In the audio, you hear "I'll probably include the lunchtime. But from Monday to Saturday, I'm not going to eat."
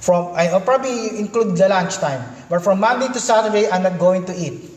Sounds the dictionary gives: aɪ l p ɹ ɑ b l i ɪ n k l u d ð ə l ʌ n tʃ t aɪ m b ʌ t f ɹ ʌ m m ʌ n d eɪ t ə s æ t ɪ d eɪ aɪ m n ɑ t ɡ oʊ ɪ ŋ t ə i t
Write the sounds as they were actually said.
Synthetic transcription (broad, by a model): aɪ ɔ p ɹ ɑ b l i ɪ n k l u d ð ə l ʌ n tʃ t aɪ m b ʌ t f ɹ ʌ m m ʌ n d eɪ t ə s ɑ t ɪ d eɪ aɪ m n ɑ t ɡ oʊ ɪ ŋ t ə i t